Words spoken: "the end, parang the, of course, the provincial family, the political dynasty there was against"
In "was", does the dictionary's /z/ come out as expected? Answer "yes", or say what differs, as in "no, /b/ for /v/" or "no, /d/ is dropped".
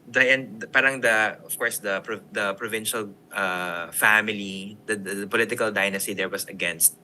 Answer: no, /s/ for /z/